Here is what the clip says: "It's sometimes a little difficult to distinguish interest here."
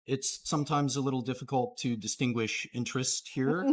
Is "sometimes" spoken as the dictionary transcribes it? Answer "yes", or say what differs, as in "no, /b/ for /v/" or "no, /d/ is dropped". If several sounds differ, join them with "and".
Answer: yes